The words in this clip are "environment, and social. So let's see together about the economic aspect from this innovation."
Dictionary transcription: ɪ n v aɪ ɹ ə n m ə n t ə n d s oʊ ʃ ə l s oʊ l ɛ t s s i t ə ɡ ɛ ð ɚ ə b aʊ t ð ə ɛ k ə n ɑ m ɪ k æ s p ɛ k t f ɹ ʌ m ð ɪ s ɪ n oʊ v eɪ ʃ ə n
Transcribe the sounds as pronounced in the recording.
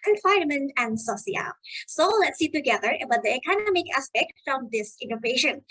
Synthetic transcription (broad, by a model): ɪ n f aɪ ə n m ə n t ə n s s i ə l s oʊ l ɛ t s s i t ə ɡ ɛ ð ɚ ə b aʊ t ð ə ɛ k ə n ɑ m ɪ k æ s p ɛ k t f ɹ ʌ m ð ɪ s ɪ n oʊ v eɪ ʃ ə n